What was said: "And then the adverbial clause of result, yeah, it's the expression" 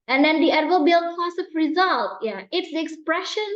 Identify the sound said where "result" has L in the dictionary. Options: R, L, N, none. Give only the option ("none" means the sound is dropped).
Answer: L